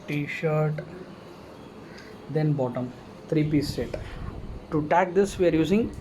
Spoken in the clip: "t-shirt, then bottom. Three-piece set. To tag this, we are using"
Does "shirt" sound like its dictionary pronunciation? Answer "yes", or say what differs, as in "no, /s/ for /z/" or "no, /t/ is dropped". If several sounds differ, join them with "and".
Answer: yes